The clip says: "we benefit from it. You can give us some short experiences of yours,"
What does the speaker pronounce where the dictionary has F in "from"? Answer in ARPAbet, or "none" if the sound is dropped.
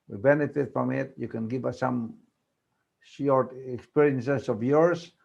P